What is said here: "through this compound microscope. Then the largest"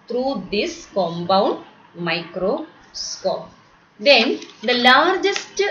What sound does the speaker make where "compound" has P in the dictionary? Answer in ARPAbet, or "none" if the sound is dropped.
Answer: B